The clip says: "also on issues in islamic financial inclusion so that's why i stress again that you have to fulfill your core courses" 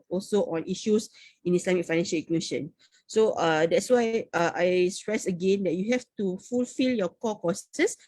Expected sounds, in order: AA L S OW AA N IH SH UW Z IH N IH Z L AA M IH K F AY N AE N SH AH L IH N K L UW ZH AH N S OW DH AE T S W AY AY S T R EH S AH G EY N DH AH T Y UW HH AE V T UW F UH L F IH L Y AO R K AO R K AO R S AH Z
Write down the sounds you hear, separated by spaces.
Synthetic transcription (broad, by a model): AA L S OW AA N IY SH UW S IH N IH S L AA M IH K F AY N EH N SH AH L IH K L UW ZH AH N S OW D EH T S W AY AY S T R EH S AH G EY N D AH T Y UW HH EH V T UW F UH L F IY L Y AO K AO K AO S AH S